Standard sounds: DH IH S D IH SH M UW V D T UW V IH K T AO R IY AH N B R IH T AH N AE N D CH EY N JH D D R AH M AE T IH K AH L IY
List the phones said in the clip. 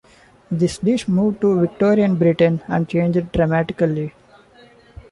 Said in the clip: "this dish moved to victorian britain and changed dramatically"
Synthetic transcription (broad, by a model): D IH S D IH SH M UW V D T UW V IH K T AO R IY AH N B R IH T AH N AE N D CH EY N JH D D R AH M AE T IH K AH L IY